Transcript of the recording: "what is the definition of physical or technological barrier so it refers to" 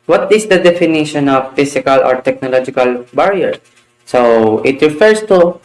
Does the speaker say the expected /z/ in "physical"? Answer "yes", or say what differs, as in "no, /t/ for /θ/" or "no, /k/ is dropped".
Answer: no, /s/ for /z/